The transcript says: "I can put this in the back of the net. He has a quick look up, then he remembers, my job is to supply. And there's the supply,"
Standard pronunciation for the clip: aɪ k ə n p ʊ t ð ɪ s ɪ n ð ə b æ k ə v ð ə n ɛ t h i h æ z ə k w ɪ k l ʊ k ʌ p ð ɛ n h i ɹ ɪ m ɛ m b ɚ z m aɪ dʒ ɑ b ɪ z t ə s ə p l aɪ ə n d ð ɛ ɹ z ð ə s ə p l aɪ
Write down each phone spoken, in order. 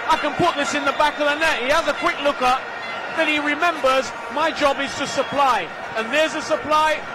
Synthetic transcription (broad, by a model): aɪ k ə n p ʊ t ð ɪ s ɪ n ð ə b æ k ə v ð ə n ɛ t h i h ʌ z ə k w ɪ k l ʊ k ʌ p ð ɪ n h i ɹ ɪ m ɛ m b ɚ z m aɪ dʒ ɑ b ɪ z t ə s ə p l aɪ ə n ð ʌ ɹ z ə s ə p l aɪ